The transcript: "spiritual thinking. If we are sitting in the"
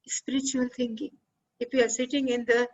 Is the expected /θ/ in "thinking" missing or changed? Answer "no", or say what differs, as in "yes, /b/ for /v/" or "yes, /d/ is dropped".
yes, /t/ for /θ/